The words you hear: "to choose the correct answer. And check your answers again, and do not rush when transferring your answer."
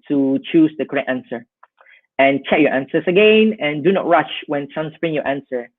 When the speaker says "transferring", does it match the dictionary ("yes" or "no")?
no